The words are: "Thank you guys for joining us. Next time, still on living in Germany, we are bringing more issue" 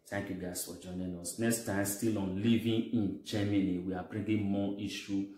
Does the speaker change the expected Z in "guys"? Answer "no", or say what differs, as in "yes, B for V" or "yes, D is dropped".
yes, S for Z